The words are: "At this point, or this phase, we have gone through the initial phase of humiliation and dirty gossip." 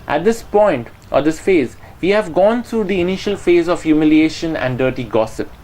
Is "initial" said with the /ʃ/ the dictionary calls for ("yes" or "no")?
yes